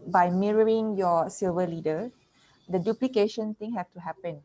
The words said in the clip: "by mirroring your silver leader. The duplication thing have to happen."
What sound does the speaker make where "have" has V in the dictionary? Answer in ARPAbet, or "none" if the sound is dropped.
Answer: F